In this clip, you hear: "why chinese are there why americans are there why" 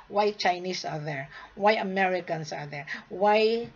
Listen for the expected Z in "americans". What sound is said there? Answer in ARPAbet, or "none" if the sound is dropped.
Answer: S